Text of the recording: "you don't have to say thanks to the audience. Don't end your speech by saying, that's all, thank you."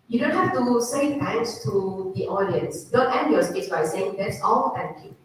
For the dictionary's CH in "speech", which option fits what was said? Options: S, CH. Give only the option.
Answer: S